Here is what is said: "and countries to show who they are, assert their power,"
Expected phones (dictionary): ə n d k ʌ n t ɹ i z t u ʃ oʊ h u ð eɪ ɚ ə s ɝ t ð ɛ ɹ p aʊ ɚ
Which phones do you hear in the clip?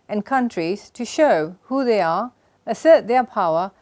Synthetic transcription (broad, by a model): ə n k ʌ n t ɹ i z t u ʃ oʊ h u ð eɪ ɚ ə s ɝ t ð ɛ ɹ p aʊ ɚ